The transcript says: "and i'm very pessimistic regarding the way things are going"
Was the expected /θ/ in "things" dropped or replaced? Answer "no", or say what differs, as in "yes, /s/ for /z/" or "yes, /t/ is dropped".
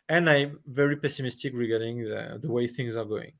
no